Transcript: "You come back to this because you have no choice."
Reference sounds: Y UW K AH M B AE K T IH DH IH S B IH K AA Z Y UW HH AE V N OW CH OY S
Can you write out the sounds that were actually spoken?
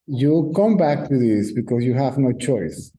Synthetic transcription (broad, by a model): Y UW K AH M B AE K T IH DH IH S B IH K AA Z Y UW HH AE V N OW CH OY S